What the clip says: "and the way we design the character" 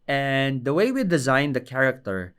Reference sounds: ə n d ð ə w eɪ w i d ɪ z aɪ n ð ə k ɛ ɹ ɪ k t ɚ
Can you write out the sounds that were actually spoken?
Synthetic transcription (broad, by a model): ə n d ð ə w eɪ w i d ɪ z aɪ n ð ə k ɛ ɹ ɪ k t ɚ